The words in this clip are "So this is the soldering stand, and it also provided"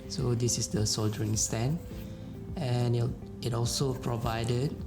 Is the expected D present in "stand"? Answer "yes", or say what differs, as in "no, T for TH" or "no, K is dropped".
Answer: no, D is dropped